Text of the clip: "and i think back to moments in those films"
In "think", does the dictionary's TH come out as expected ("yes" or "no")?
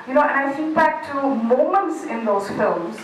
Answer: no